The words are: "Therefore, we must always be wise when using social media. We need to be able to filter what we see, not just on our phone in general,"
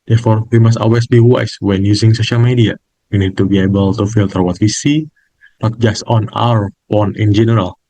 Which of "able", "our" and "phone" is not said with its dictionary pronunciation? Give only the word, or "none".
phone